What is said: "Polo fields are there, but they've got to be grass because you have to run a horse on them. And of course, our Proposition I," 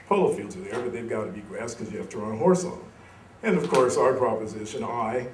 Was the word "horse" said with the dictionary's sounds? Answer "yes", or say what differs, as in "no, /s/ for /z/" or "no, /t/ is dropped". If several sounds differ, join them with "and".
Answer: yes